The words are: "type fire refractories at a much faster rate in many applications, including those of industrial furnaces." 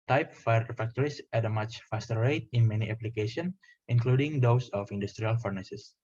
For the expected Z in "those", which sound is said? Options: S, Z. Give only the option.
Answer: S